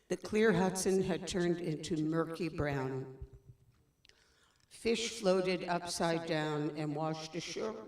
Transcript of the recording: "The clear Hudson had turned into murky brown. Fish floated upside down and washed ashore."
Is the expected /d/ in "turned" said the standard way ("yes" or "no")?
yes